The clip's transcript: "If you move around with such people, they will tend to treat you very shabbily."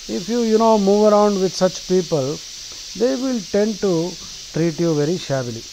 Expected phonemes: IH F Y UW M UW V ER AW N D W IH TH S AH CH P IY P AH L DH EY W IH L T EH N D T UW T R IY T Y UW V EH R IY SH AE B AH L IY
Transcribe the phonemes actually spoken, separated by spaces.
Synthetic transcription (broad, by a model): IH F Y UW M UW V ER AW N D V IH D S AH CH P IY P AH L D EY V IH L T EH N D T UW T R IY T Y UW V EH R IY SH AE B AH L IY